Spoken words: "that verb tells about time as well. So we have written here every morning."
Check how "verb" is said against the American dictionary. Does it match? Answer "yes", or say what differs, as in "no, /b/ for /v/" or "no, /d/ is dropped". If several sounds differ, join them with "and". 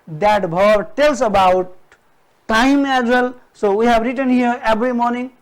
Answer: no, /b/ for /v/